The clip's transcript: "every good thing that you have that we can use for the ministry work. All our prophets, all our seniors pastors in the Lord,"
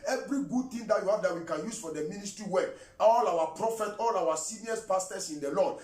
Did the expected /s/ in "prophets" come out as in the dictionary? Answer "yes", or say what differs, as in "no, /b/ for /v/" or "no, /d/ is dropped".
no, /s/ is dropped